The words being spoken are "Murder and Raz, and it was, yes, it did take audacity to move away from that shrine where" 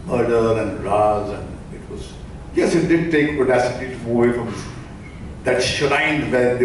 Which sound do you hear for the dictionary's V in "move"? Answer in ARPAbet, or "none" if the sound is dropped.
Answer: none